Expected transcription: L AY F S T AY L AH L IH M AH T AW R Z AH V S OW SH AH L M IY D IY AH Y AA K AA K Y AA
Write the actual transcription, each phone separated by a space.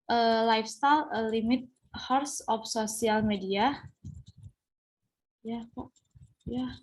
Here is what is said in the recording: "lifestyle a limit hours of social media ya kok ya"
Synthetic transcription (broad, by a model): L AY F S T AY L AH L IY M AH T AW R S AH F S OW S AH L M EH D IY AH Y AA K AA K Y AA